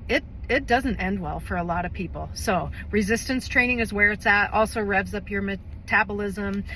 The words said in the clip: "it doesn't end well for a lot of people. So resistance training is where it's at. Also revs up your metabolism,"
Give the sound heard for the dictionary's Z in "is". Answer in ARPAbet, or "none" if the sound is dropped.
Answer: Z